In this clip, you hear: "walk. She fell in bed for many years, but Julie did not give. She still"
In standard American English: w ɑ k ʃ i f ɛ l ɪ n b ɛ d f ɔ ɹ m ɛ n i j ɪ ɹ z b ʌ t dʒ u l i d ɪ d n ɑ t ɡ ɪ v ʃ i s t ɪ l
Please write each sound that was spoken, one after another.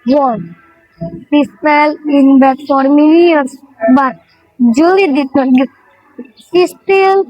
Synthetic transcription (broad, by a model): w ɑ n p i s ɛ l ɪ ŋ b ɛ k f ɔ ɹ m ɛ n i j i ɹ s b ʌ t dʒ u l i d ɪ d n ɑ t ɡ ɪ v s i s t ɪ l